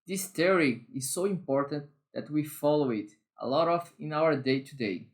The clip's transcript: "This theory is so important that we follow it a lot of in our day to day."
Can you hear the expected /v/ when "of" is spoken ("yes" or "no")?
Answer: no